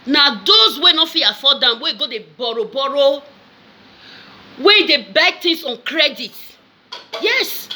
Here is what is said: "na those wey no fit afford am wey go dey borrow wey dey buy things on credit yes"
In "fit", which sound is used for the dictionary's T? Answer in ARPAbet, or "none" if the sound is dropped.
none